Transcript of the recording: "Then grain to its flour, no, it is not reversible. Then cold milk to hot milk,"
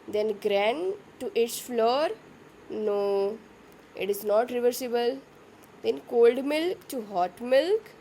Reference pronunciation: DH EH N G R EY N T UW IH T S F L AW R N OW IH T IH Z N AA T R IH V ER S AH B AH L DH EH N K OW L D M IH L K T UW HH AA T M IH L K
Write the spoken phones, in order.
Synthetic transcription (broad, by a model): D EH N G R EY N T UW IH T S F L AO R N OW IH T IH Z N AA T R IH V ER S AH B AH L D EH N K OW L D M IH L K T UW HH AA T M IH L K